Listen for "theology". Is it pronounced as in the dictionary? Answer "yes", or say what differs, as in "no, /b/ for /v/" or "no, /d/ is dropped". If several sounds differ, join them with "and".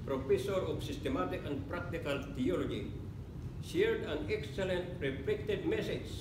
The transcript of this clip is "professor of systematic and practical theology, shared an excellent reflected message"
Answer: no, /t/ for /θ/